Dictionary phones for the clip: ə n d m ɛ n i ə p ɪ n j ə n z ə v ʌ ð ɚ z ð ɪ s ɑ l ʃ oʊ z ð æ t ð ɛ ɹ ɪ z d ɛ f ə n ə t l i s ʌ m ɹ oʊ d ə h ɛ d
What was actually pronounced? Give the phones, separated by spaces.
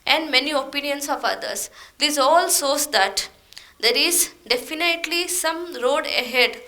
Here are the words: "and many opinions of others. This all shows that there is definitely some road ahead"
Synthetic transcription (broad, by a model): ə n d m ɛ n i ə p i n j ə n s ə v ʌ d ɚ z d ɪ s ɑ l s oʊ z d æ t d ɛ ɹ ɪ z d ɛ f ə n ə t l i s ʌ m ɹ oʊ d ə h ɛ d